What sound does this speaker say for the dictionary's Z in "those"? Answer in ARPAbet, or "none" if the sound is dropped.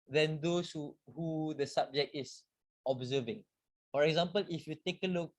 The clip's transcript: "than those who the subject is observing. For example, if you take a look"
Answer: S